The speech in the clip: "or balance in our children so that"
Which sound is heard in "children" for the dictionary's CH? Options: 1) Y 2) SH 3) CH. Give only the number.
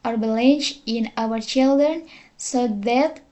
3